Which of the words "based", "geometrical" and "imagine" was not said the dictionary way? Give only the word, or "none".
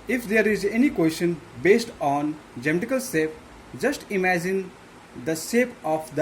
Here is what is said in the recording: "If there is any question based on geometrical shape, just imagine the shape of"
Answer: geometrical